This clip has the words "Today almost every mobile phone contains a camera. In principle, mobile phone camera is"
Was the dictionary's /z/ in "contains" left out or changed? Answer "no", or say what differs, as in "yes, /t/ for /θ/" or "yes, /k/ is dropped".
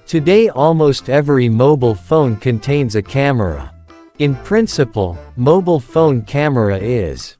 no